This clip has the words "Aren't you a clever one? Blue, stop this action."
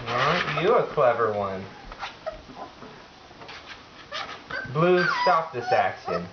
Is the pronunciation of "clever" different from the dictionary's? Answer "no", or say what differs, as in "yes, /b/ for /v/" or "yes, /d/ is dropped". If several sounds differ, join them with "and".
no